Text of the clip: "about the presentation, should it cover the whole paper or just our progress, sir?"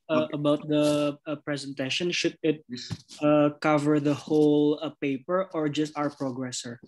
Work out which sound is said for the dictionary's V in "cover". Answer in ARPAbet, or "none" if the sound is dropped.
V